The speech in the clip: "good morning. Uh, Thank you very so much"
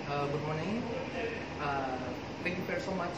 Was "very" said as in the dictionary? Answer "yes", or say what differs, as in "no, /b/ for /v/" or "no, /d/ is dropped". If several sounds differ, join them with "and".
no, /f/ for /v/